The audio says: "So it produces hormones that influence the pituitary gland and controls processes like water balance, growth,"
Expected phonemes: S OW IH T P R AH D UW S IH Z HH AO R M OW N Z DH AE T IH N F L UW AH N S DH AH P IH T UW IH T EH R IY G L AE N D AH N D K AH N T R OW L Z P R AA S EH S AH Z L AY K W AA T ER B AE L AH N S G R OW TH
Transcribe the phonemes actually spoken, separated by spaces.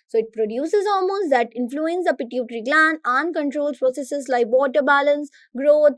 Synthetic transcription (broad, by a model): S OW IH T P R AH D UW S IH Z AO L M OW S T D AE T IH N F L UW AH N S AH P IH T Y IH T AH R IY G L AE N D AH N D K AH N T R OW L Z P R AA S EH S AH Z L AY K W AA T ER B AE L AH N S G R OW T